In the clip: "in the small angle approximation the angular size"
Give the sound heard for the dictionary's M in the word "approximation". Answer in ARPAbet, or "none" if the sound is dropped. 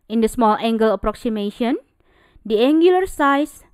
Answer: M